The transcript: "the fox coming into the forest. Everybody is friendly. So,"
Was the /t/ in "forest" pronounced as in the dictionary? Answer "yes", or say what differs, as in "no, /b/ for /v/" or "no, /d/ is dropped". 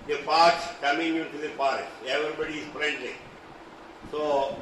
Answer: no, /t/ is dropped